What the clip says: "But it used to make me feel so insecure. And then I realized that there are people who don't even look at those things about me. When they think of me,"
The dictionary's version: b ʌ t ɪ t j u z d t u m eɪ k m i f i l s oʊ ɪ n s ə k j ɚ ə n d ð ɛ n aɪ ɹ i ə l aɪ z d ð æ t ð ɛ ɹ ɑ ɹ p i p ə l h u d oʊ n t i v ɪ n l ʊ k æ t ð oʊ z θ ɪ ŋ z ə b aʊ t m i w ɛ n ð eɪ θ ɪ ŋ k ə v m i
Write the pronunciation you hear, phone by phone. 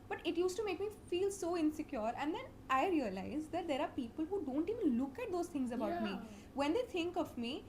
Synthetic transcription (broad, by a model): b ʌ t ɪ t j u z t u m eɪ k m i f i l s oʊ ɪ n s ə k j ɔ ə n d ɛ n aɪ ɹ i ə l aɪ z d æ t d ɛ ɹ ɑ ɹ p i p ə l h u d oʊ n t i v ɪ n l ʊ k æ t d oʊ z t ɪ ŋ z ə b aʊ t m i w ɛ n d eɪ t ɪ ŋ k ə v m i